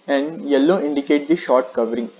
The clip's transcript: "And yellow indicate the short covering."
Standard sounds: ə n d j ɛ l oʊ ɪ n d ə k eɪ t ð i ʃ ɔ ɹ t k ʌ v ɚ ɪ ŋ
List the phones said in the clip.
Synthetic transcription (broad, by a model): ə n d j ɛ l oʊ ɪ n d ə k eɪ t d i ʃ ɔ ɹ t k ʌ v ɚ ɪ ŋ